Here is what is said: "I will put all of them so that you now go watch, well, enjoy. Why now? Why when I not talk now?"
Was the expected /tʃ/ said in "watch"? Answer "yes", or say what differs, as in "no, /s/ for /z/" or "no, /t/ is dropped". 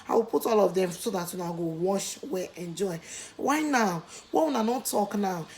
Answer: no, /ʃ/ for /tʃ/